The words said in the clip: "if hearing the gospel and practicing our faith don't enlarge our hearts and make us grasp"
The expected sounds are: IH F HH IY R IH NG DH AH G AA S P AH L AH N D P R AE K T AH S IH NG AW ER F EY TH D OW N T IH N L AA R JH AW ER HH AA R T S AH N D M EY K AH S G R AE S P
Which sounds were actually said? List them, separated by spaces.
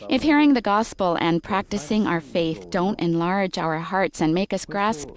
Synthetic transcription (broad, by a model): IH F HH IY R IH NG DH AH G AA S P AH L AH N P R AE K T AH S IH NG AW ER F EY TH D OW N T IH N L AA R JH AW ER HH AA R T S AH N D M EY K AH S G R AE S P